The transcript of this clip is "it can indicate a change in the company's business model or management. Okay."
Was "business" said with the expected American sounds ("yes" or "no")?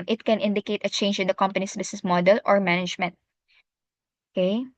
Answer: no